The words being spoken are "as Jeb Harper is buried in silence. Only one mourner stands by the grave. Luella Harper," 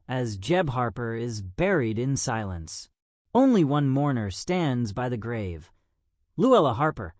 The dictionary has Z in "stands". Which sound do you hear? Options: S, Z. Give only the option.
Z